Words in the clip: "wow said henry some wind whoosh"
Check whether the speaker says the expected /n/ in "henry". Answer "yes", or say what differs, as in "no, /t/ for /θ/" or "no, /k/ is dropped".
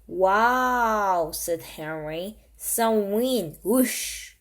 yes